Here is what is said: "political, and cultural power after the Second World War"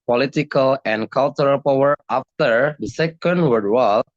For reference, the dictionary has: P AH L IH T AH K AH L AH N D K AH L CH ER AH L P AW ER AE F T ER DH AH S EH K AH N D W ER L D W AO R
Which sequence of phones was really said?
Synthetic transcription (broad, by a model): P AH L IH T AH K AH L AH N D K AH L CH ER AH L P AW ER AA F T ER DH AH S EH K AH N D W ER D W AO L